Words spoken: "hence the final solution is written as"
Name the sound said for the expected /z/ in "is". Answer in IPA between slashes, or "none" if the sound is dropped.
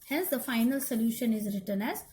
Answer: /z/